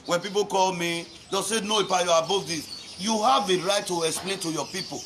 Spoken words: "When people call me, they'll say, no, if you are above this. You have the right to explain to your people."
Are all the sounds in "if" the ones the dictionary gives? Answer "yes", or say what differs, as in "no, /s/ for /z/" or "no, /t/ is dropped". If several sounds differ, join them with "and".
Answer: no, /p/ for /f/